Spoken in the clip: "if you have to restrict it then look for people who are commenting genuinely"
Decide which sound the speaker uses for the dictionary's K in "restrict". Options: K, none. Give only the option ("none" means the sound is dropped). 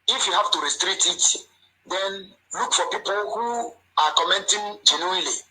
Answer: none